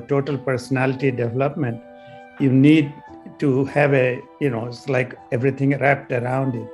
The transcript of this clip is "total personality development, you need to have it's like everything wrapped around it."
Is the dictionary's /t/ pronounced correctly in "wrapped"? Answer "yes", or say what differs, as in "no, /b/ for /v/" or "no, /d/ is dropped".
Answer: yes